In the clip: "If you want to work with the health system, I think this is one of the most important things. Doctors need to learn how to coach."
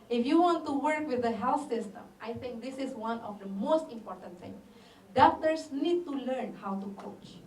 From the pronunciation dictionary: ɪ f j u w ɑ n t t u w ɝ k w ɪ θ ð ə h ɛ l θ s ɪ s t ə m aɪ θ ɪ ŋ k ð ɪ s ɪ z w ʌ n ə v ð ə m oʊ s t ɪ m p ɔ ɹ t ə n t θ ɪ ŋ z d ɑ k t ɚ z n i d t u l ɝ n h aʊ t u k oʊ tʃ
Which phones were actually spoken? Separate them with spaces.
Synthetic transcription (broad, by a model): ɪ f j u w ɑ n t t u w ɝ k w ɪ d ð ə h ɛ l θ s ɪ s t ə m aɪ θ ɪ ŋ k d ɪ s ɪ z w ʌ n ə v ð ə m oʊ s t ɪ m p ɔ ɹ t ə n t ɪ ŋ d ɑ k t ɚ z n i d t u l ɝ n h aʊ t u k oʊ tʃ